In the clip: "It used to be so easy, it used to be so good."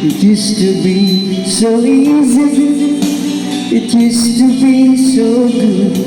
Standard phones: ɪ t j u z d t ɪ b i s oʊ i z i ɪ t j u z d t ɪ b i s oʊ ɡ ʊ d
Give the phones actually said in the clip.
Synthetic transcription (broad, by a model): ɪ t j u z t ɪ b i s oʊ i z i ɪ t j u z t ɪ b i s oʊ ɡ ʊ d